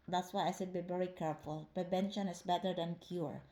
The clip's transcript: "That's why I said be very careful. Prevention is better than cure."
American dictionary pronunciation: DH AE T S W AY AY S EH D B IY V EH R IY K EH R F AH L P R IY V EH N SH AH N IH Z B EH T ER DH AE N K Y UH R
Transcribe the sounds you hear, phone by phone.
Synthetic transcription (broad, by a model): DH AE T S W AY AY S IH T B IY V EH R IY K EH R F AH L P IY B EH N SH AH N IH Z B EH T ER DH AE N K Y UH R